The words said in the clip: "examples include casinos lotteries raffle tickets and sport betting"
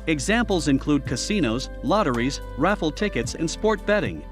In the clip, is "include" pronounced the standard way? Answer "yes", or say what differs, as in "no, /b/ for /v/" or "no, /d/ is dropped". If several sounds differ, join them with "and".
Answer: yes